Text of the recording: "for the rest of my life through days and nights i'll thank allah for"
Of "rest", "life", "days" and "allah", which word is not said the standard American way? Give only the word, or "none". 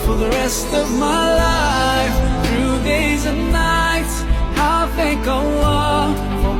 allah